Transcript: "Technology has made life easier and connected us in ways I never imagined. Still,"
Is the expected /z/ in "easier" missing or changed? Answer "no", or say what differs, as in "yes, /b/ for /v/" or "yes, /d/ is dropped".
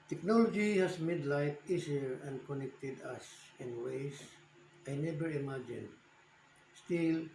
yes, /s/ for /z/